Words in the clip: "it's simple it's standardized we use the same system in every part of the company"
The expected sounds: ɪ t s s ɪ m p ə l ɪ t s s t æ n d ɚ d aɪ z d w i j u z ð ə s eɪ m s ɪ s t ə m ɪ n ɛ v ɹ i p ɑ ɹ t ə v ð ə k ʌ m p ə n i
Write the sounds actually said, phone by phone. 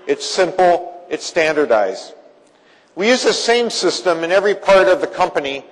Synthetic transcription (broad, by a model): ɪ t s s ɪ m p l ɪ t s s t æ n d ɚ d aɪ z w i j u z ð ə s eɪ m s ɪ s t ə m ɪ n ɛ v ɹ i p ɑ ɹ t ə v ð ə k ʌ m p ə n i